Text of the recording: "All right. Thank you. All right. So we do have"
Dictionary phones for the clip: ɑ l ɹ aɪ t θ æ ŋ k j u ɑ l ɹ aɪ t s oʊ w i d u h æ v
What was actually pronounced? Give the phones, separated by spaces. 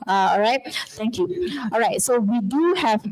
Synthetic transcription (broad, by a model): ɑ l ɹ aɪ t t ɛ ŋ k j u ɑ l ɹ aɪ t s oʊ w i d u h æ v